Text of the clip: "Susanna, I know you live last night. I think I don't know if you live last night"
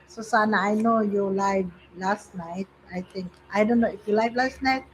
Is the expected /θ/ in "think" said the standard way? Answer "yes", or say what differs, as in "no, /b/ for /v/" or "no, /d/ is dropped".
no, /t/ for /θ/